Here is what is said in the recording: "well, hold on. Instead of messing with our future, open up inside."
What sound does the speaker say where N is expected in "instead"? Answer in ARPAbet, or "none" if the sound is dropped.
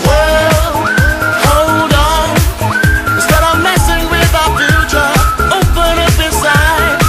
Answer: none